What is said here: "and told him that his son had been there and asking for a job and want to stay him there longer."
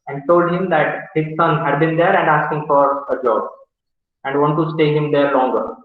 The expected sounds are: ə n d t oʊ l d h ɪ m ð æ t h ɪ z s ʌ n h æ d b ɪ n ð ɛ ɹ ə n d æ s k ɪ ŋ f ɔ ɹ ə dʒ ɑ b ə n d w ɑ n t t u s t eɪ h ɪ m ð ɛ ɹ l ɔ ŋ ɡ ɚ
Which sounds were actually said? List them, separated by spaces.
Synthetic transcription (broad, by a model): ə n d t oʊ l d h ɪ m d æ t h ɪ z s ʌ n h æ d b ɪ n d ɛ ɹ ə n d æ s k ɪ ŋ f ɔ ɹ ə dʒ ɑ b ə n d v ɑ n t t u s t eɪ h ɪ m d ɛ ɹ l ɔ ŋ ɡ ɚ